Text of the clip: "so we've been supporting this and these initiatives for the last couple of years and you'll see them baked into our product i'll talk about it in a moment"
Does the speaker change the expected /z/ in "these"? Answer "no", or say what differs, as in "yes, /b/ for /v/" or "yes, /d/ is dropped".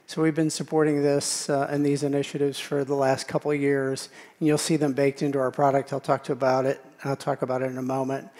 no